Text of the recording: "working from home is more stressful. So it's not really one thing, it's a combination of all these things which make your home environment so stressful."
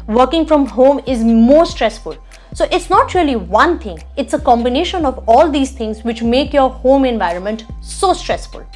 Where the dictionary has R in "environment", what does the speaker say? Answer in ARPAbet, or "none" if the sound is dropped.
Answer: R